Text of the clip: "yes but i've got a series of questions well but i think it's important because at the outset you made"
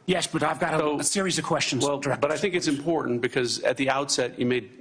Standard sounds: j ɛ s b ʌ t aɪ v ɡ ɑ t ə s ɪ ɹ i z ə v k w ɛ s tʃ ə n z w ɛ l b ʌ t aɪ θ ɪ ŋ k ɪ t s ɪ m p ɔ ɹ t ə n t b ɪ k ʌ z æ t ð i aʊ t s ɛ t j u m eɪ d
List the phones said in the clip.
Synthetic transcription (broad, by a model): j ɛ s b ʌ t aɪ v ɡ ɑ t ə s ɪ ɹ i z ə v k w ɛ s tʃ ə n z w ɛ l b ʌ t aɪ θ ɪ ŋ k ɪ t s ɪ m p ɔ ɹ t n b ɪ k ʌ z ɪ t ð i aʊ t s ɛ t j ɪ m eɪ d